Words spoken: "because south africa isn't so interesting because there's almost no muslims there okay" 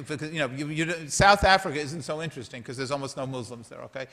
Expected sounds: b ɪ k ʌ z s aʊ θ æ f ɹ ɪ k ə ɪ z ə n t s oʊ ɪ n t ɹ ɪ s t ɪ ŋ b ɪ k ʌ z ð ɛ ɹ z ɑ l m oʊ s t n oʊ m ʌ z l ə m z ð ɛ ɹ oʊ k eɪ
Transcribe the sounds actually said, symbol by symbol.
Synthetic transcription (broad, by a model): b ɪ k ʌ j s aʊ θ æ f ɹ ɪ k ə ɪ z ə n t s oʊ ɪ n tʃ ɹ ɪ s t ɪ ŋ k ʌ z ð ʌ ɹ z ɑ l m oʊ s t n oʊ m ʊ z l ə m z ð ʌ ɹ oʊ k eɪ